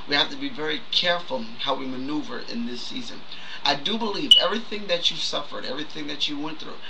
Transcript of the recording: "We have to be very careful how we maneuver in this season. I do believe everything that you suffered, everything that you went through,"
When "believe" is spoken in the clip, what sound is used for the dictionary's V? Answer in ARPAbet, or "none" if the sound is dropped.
V